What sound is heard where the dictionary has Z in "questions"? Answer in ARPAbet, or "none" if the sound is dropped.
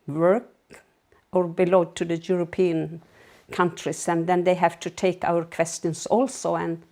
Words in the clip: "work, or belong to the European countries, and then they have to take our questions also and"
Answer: S